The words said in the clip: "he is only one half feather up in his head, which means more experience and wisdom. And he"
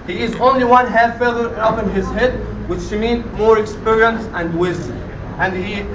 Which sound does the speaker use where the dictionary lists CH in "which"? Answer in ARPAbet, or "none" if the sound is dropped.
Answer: SH